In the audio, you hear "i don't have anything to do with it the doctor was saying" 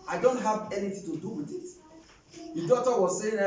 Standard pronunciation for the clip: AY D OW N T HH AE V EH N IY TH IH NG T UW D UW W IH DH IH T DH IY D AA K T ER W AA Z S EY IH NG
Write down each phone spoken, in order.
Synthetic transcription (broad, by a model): AY D OW N T HH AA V EH N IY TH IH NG T UW D UW W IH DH IH T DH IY D AA T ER W AA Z S EY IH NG